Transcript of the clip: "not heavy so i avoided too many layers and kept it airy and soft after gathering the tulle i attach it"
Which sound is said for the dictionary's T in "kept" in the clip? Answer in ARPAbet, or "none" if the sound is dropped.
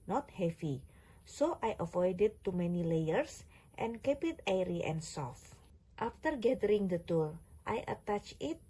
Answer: none